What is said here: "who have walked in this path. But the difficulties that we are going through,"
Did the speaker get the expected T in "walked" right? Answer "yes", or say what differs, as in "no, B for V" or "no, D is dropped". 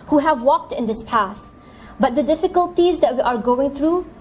yes